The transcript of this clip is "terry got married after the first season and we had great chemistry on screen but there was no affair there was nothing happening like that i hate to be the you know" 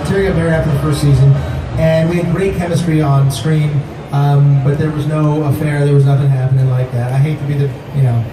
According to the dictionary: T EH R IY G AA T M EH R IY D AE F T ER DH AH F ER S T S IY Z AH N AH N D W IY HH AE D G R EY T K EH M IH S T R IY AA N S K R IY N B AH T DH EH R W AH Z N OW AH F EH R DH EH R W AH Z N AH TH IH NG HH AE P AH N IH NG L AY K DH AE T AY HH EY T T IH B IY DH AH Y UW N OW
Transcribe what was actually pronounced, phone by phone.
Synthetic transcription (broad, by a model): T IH R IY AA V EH R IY AE F T ER DH AH F ER S T S IY Z AH N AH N W IY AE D G R EY T K EH M IH S T R IY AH N S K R IY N B AH T DH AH R W AH Z N OW AH F EH R DH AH R W AH Z N AH TH IH NG HH AE P AH N IH NG L AY K DH AE T AY HH EY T T IH B IY DH AH Y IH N OW